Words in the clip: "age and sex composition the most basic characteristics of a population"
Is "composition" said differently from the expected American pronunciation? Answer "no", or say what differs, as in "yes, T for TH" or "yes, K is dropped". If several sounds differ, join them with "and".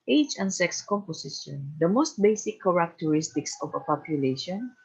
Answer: yes, S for Z